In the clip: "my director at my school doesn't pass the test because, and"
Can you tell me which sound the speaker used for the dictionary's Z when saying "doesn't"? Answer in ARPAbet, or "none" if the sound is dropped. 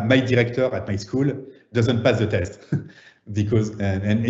Z